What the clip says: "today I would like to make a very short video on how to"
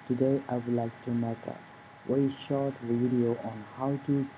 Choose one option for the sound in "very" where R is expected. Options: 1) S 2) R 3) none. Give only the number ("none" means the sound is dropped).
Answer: 3